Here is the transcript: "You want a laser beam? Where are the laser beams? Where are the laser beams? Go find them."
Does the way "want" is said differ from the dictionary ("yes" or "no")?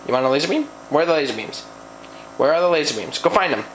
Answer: yes